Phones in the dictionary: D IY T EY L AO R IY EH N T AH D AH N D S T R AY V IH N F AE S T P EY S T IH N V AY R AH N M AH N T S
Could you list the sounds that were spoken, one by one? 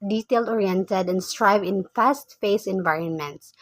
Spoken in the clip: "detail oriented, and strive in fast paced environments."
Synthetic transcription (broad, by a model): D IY T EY L AO R IY EH N T AH D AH N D S T R AY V IH N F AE S T F EY S IH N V AY R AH N M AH N T S